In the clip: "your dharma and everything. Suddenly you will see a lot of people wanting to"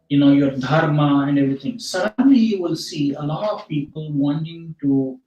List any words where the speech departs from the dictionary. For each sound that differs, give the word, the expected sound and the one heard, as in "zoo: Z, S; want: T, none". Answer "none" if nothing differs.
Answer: everything: TH, T